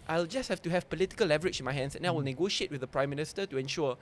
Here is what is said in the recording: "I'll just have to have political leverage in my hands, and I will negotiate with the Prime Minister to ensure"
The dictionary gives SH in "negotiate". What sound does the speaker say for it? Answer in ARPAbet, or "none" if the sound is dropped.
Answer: SH